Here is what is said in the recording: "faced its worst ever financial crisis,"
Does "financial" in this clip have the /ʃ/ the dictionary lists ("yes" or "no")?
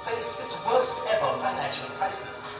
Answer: yes